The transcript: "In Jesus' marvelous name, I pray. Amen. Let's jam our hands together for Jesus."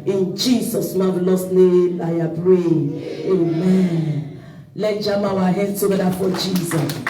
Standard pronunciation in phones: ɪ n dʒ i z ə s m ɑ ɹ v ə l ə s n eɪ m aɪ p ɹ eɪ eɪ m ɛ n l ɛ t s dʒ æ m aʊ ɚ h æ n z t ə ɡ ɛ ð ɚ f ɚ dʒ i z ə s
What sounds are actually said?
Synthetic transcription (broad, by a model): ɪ n dʒ i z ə s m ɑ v l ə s n eɪ m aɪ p ɹ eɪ eɪ m ɛ n l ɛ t dʒ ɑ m aʊ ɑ h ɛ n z t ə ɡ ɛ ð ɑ f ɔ dʒ i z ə s